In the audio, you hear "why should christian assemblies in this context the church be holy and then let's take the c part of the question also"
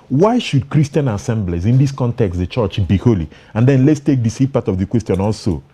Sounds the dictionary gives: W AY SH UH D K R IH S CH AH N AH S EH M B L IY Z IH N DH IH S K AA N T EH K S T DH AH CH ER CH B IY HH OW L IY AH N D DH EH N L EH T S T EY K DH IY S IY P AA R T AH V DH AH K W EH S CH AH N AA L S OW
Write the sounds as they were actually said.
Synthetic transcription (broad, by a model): W AY SH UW D K R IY S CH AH N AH S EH M B L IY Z IH N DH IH S K AA N T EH K S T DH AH CH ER CH B IY HH OW L IY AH N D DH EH N L EH T S T EY K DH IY S IY P AA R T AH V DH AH K W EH S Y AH N AA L S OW